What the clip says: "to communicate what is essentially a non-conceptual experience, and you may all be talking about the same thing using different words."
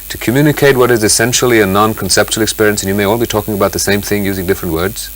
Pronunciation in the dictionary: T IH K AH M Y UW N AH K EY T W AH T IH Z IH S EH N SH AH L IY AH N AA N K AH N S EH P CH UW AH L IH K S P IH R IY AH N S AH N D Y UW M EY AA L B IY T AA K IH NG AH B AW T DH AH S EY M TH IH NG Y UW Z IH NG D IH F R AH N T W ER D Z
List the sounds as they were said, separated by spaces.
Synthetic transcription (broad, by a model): T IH K AH M Y UW N AH K EY T W AH T IH Z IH S EH N SH L IY AH N AA N K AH N S EH P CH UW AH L IH K S P IH R IY AH N S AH N Y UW M EY AA L B IY T AA K IH NG AH B AW T DH AH S EY M TH IH NG Y UW Z IH NG D IH F R AH N T W ER D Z